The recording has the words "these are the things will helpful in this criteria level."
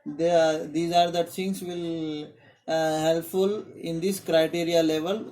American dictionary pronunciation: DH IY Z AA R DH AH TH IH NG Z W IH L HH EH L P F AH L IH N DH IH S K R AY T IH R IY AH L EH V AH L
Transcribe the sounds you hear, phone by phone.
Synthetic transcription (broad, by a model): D IY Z AA R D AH S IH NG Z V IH L HH EH L P F AH L IH N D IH S K R AY T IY R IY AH L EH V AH L